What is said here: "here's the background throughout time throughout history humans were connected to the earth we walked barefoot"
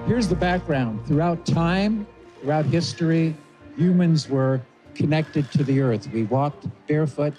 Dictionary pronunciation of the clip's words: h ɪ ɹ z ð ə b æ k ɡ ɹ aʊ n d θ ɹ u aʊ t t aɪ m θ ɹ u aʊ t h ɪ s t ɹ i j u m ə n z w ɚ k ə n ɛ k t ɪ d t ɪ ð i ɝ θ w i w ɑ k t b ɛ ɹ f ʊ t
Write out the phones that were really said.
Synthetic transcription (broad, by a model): h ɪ ɹ z ð ə b æ k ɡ ɹ aʊ n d θ ɹ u aʊ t t aɪ m θ ɹ u aʊ t h ɪ s t ɹ i j u m ə n z w ɚ k ə n ɛ k t ɪ d t ɪ ð i ɝ θ w i w ɑ k t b ɛ ɹ f ʊ t